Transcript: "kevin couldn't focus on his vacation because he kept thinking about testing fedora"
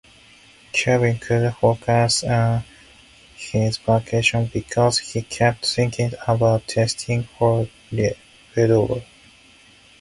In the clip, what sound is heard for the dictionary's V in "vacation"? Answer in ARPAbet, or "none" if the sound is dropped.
P